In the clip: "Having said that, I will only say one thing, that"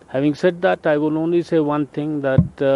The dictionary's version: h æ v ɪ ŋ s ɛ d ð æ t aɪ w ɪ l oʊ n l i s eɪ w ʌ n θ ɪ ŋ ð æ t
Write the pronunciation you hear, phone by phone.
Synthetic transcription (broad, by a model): h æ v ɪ ŋ s ɛ d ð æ t aɪ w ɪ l oʊ n l i s eɪ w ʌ n t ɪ ŋ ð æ t